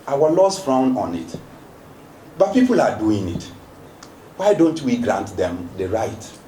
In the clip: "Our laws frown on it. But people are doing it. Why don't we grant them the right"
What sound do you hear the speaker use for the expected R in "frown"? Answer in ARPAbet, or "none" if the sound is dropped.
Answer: R